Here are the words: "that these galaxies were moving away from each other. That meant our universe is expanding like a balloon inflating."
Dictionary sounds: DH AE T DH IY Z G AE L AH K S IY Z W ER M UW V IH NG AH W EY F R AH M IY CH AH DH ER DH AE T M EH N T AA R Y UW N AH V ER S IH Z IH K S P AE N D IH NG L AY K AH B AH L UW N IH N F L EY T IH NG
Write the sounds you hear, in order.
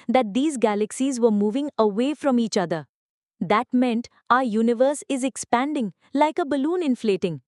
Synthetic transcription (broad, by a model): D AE T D IY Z G AE L AH K S IY Z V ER M UW V IH NG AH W EY F R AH M IY CH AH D ER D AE T M EH N T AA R Y UW N AH V ER S IH Z IH K S P AE N D IH NG L AY K AH B AH L UW N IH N F L EY T IH NG